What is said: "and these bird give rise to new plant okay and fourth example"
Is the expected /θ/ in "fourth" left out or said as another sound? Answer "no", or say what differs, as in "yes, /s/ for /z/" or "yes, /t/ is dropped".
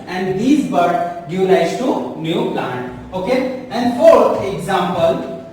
yes, /t/ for /θ/